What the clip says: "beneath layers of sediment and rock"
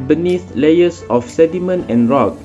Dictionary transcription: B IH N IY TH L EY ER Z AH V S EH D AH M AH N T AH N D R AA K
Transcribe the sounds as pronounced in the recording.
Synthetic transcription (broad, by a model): B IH N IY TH L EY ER S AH F S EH D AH M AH N AH N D R AA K